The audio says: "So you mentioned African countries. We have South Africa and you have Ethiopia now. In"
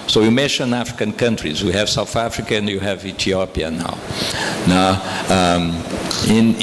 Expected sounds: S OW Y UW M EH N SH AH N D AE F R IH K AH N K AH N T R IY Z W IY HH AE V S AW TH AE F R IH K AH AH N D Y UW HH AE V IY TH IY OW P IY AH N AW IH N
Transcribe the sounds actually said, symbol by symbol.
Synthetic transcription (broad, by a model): S OW Y UW M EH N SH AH N AE F R IH K AH N K AH N T R IY Z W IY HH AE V S AW TH AE F R IH K AH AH N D Y UW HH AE V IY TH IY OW P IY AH N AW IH N